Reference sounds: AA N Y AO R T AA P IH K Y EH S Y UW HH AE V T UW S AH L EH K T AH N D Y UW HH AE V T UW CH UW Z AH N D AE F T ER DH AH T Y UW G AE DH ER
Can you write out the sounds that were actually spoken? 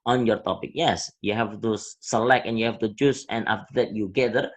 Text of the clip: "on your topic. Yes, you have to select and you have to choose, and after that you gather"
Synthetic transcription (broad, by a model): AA N Y AO R T AA P IH K Y EH S Y UW HH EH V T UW S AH L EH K AH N Y UW HH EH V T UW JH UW S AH N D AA F T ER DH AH T Y UW G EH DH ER